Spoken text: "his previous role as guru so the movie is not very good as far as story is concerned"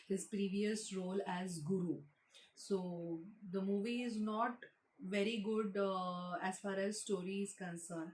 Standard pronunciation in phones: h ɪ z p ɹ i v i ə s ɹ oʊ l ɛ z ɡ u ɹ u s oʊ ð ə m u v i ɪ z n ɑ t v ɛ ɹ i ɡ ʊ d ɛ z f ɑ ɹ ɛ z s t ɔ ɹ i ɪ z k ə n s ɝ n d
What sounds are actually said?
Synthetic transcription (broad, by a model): h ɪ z p ɹ i v i ə s ɹ oʊ l ɛ z ɡ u ɹ u s oʊ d ə m u v i ɪ z n ɑ t v ɛ ɹ i ɡ ʊ d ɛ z f ɑ ɹ ɛ z s t ɔ ɹ i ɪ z k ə n s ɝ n